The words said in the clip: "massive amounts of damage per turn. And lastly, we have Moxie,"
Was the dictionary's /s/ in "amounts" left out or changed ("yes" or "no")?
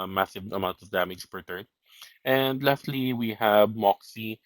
yes